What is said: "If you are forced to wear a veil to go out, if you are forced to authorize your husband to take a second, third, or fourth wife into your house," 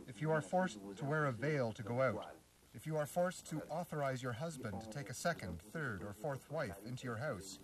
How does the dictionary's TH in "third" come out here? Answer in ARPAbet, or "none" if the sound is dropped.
TH